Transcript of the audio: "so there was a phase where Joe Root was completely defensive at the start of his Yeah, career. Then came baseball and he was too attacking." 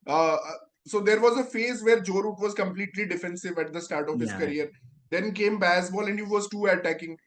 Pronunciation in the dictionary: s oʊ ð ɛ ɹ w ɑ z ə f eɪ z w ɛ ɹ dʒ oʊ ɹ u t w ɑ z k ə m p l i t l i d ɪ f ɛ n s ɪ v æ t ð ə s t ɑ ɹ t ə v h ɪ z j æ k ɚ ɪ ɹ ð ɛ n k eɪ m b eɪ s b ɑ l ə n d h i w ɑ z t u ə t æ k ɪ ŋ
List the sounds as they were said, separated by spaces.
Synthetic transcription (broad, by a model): s oʊ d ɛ ɹ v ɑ z ə f eɪ z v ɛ ɹ dʒ oʊ ɹ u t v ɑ z k ə m p l i t l i d ɪ f ɛ n s ɪ v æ t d ə s t ɑ ɹ t ə v h ɪ z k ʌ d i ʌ ɹ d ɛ n k eɪ m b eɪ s b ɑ l ə n d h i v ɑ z t u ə t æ k ɪ ŋ